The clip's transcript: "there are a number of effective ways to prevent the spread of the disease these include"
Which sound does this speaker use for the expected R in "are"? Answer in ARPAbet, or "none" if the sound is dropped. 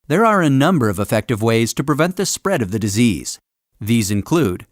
R